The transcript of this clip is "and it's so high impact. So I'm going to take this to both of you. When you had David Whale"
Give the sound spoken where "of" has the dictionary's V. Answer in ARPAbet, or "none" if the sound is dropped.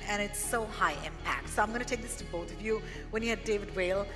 V